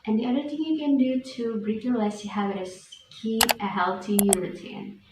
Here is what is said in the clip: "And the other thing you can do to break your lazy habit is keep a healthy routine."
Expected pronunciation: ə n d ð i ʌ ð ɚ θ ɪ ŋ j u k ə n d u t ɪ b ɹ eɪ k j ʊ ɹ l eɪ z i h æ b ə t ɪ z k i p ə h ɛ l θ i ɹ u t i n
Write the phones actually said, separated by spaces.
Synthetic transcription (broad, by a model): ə n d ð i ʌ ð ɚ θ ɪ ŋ j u k ə n d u t ɪ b ɹ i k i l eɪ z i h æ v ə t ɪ s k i ə h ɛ l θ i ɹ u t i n